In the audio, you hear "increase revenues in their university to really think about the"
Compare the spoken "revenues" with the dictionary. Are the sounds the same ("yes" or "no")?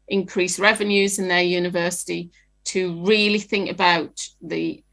yes